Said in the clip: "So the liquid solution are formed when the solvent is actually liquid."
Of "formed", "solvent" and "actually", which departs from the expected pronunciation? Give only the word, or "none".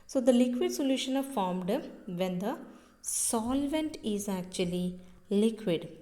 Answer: none